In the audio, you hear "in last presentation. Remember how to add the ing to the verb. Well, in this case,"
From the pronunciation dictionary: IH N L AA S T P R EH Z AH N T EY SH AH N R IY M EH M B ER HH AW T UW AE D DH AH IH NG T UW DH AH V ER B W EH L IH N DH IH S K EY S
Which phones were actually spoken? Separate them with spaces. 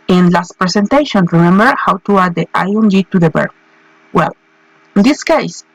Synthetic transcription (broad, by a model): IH N L AA S T P R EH S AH N T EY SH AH N R IY M EH M B ER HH AW T UW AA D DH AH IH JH T UW DH AH B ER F W EH L IH N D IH S K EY S